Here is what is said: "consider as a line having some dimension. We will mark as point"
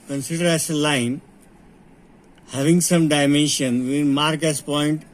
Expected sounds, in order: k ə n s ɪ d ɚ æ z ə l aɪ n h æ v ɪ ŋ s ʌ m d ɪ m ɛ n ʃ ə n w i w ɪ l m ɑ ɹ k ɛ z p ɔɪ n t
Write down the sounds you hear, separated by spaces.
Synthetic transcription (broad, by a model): k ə n s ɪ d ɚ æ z ə l aɪ n h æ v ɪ ŋ s ʌ m d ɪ m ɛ n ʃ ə n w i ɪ n m ɑ ɹ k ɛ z p ɔɪ n t